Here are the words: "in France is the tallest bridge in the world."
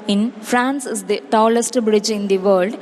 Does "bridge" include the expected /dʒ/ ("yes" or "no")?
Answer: yes